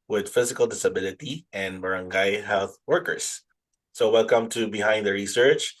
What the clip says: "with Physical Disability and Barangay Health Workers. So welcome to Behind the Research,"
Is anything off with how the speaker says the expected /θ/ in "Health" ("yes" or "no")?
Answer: no